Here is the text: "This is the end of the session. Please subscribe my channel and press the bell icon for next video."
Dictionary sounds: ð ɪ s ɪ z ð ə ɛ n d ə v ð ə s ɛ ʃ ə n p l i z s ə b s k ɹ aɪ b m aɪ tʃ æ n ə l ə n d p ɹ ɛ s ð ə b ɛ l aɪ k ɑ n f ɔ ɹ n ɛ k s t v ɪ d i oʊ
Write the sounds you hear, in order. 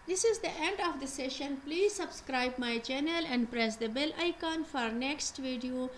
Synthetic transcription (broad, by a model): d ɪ s ɪ z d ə ɛ n d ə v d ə s ɛ ʃ ə n p l i z s ə b s k ɹ aɪ b m aɪ tʃ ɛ n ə l ə n d p ɹ ɛ s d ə b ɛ l aɪ k ɑ n f ɔ ɹ n ɛ k s t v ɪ d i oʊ